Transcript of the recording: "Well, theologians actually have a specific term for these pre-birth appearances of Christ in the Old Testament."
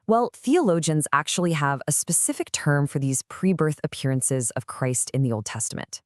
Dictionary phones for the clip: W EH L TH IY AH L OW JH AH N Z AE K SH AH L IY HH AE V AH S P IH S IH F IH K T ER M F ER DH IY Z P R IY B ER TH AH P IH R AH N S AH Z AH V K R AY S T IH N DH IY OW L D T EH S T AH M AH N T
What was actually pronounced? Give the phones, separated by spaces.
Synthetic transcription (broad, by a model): W EH L TH IY AH L OW JH AH N Z AE K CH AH L IY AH V AH S P IH S IH F IH K T ER M F ER DH IY Z P R IY B ER TH AH P IH R AH N S AH Z AH V K R AY S T IH N DH IY OW L D T EH S T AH M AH N T